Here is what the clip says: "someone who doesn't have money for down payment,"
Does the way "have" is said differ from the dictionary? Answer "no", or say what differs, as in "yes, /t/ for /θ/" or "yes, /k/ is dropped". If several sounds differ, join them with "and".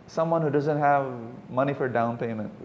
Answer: no